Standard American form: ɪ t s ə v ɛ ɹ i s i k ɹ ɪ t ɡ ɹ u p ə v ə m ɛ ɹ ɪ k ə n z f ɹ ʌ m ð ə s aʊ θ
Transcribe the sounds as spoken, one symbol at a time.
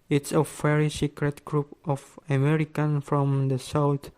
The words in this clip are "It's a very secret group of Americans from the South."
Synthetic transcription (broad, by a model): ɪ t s ə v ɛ ɹ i s i k ɹ ɪ t ɡ ɹ u p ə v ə m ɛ ɹ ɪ k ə n f ɹ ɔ m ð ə s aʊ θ